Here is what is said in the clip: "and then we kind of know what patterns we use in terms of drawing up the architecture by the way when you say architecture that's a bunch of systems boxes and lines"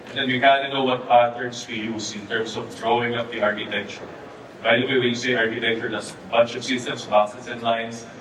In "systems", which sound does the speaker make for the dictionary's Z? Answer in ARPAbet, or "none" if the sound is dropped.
S